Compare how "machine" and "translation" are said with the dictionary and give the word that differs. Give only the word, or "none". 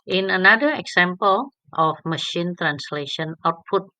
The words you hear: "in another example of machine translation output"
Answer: none